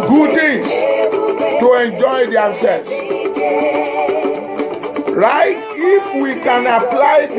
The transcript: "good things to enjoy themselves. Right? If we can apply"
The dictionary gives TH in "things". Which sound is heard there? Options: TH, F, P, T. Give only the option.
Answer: T